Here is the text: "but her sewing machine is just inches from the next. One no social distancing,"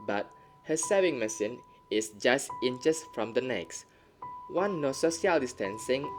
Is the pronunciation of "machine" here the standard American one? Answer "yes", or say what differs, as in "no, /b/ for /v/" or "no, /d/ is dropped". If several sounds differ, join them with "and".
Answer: no, /s/ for /ʃ/